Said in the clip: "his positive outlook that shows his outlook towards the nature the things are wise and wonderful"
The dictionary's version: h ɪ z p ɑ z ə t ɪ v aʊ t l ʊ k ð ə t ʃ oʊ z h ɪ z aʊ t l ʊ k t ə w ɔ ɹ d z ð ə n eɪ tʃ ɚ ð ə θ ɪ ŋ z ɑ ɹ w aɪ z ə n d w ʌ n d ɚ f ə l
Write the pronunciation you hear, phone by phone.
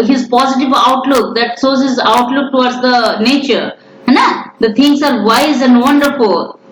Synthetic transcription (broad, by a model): h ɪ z p ɑ z ə t ɪ v aʊ t l ʊ k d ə t s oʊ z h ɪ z aʊ t l ʊ k t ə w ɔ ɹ d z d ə n eɪ tʃ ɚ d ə t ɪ ŋ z ɑ ɹ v aɪ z ə n d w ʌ n d ɚ f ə l